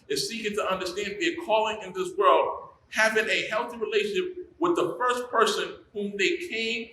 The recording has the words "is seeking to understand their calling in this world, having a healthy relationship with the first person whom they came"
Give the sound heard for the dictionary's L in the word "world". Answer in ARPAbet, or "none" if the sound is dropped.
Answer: L